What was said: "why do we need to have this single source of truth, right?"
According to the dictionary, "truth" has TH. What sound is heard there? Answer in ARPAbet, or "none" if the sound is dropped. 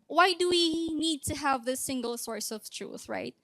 TH